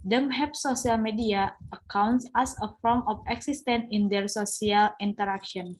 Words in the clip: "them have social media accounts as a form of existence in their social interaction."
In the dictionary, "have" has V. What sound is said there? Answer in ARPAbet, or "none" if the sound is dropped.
P